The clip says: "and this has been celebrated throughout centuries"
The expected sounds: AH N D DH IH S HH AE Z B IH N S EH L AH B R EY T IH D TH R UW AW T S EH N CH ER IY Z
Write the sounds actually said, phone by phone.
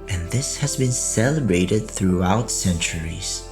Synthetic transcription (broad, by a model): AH N DH IH S HH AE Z B IH N S EH L AH B R EY T IH D TH R UW AW T S EH N CH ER IY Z